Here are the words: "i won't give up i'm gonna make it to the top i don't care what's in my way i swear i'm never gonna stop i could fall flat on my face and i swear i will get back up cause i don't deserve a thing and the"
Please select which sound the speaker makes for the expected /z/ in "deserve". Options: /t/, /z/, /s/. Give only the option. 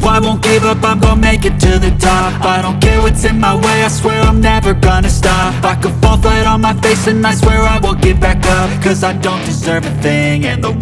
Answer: /z/